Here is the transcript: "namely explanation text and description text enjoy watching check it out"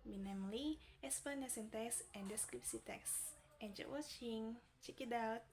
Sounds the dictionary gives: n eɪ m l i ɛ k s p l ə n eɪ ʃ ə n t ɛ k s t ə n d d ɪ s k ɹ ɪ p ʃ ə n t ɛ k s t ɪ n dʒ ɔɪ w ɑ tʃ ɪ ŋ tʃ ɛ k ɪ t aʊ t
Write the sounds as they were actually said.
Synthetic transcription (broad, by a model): n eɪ m l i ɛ s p ə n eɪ s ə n t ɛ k s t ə n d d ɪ s k ɹ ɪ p s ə t ɛ k s t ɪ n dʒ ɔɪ w ɑ tʃ ɪ ŋ tʃ ɛ k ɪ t aʊ t